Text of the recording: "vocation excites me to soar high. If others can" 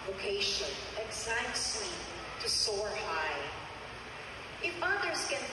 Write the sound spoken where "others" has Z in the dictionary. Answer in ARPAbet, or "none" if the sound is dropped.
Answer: Z